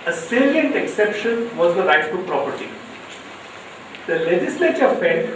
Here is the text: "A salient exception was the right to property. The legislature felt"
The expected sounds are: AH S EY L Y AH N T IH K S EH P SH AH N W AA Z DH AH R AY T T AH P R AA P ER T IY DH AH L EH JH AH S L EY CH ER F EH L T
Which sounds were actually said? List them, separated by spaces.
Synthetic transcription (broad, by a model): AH S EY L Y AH N T IH K S EH P SH AH N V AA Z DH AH R AY T S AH P R AA P ER T IY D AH L EH JH AH S L EY CH ER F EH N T